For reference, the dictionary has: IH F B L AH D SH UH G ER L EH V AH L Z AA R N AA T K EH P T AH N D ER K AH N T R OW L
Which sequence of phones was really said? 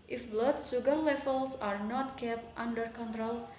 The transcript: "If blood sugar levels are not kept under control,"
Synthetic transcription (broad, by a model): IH F B L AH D S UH G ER L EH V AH L S AA R N AA T K EH P T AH N D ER K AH N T R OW L